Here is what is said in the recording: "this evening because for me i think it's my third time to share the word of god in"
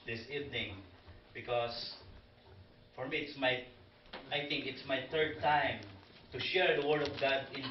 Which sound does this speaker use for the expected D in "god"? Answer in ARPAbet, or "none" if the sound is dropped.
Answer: D